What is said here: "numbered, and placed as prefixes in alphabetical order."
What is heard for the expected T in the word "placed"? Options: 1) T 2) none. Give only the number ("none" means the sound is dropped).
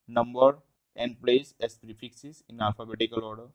2